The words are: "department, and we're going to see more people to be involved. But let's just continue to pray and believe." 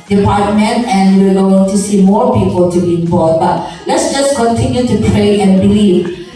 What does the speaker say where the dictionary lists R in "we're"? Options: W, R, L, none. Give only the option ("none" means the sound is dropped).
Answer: L